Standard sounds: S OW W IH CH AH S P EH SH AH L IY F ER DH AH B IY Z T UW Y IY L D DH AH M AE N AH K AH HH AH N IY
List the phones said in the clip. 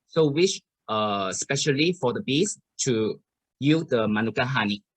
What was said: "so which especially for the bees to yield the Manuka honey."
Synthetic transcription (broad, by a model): S OW W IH SH AH S P EH SH AH L IY F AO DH AH B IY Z T UW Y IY D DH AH M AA N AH K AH HH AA N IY